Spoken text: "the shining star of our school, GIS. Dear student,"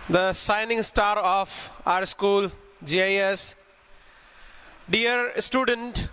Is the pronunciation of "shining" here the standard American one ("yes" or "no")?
no